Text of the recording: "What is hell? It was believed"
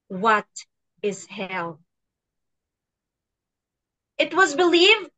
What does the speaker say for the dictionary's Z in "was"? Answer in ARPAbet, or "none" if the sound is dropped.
Z